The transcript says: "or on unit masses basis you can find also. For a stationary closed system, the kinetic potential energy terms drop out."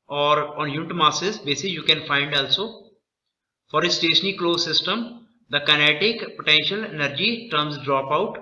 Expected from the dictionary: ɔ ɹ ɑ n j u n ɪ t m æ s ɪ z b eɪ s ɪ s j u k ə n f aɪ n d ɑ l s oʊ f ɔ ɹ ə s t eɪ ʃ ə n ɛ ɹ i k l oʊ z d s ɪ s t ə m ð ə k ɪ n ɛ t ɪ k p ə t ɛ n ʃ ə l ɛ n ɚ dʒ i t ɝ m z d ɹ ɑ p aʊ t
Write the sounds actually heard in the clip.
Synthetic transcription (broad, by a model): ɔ ɹ ɑ n j u n ɪ t m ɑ s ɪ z b eɪ s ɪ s j u k ə n f aɪ n d ɑ l s oʊ f ɔ ɹ ə s t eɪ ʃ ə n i k l oʊ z s ɪ s t ə m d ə k ɪ n ɛ t ɪ k p ə t ɛ n ʃ ə l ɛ n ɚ dʒ i t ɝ m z d ɹ ɑ p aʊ t